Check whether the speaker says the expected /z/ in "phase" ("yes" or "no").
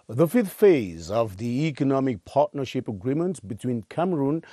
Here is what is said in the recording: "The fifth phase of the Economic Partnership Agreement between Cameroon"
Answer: yes